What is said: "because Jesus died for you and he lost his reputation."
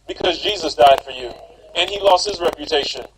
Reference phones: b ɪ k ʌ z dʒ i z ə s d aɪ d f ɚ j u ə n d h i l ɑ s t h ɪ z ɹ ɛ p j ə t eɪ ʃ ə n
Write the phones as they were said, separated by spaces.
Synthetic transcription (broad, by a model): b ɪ k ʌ z dʒ i z ə s d aɪ d f ɚ j u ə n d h i l ɑ s t h ɪ z ɹ ɛ p j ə t eɪ ʃ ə n